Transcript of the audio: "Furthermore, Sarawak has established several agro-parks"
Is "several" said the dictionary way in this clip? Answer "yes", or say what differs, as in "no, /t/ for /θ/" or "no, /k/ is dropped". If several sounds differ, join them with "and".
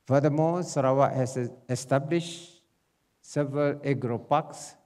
yes